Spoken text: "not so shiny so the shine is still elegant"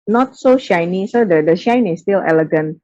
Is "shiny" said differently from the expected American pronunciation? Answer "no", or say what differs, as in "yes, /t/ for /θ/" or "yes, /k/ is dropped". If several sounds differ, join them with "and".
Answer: no